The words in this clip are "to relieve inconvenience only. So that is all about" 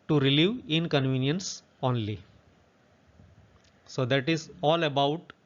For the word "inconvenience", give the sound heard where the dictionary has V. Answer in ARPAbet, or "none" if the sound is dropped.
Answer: V